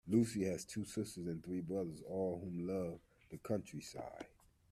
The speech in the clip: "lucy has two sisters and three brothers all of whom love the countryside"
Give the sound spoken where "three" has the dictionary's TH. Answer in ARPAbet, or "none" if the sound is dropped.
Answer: TH